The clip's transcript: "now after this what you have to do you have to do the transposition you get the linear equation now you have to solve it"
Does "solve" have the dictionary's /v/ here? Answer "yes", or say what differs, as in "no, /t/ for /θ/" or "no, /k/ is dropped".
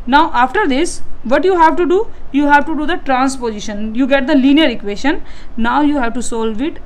yes